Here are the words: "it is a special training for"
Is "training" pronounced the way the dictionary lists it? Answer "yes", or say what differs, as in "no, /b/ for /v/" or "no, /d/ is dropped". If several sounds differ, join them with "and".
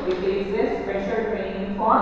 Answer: no, /n/ is dropped